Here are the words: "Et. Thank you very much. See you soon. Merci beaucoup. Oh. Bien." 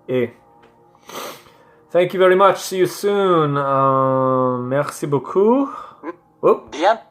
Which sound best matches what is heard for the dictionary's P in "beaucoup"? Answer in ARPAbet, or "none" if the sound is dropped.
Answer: none